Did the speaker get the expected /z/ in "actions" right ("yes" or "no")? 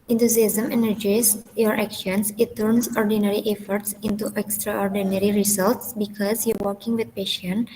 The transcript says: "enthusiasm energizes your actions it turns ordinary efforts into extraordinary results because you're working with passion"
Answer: no